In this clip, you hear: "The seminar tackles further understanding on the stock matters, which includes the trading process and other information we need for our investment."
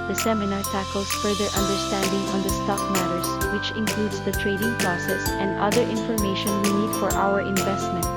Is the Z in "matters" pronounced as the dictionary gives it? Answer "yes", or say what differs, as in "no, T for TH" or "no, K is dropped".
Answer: no, S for Z